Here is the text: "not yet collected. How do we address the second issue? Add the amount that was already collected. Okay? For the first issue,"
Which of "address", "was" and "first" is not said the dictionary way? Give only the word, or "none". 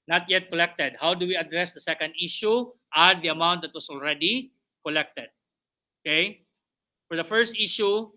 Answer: was